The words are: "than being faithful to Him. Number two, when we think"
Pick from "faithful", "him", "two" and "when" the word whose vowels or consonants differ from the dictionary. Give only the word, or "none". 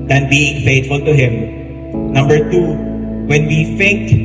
faithful